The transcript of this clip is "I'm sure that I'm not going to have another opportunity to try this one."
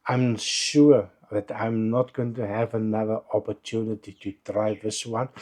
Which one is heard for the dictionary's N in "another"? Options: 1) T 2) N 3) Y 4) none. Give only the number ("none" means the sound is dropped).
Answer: 2